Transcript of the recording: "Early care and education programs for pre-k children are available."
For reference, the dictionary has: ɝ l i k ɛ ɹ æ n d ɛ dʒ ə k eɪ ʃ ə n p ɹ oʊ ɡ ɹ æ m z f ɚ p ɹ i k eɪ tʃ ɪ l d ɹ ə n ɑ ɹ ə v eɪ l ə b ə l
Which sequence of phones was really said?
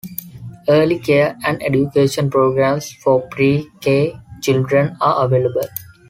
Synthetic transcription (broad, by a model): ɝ l i k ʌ ɹ æ n d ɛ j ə k eɪ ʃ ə n p ɹ oʊ ɡ ɹ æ m s f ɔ p ɹ i k eɪ tʃ ɪ l d ɹ ə n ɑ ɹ ə v eɪ l ə b ə l